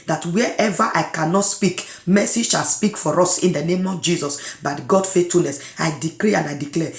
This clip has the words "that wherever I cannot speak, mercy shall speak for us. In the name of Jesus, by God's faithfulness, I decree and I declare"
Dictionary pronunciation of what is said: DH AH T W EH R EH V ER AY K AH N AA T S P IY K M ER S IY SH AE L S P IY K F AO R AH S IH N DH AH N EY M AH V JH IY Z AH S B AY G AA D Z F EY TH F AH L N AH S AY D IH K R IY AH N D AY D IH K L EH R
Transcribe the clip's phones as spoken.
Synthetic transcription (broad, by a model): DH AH T W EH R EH V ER AY K AH N AA T S P IY K M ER S IY SH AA L S P IY K F AO R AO S IH N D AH N EY M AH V JH IY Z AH S B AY G AA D F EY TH F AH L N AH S AY D IH K R IY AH N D AY D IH K L EH